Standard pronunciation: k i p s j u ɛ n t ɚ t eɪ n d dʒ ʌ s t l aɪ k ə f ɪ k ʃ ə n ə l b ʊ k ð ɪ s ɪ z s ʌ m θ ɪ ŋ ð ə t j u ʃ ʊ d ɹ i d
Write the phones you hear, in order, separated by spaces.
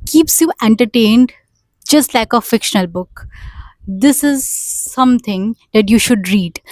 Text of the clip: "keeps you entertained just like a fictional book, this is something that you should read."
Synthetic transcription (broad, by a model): k i p s j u ɛ n t ɚ t eɪ n d dʒ ʌ s t l aɪ k ə f ɪ k ʃ ə n ə l b ʊ k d ɪ s ɪ z s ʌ m t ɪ ŋ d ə t j u ʃ ʊ d ɹ i d